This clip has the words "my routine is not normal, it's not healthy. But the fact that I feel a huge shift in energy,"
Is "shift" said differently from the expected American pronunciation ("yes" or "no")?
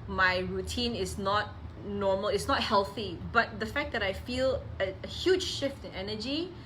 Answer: no